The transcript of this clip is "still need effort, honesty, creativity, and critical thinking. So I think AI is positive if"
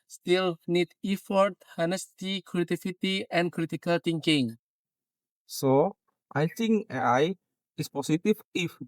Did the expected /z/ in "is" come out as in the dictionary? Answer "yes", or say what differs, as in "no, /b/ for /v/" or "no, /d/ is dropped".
no, /s/ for /z/